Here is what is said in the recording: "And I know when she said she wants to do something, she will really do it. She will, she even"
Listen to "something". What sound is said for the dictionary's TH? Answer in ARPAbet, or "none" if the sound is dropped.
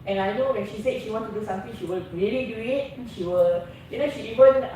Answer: T